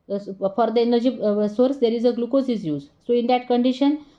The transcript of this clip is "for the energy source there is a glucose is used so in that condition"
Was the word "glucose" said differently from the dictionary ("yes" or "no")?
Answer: no